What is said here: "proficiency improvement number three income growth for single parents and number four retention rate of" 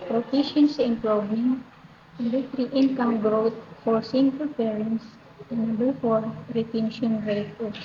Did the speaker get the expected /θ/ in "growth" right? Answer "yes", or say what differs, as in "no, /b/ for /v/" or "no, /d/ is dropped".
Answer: no, /t/ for /θ/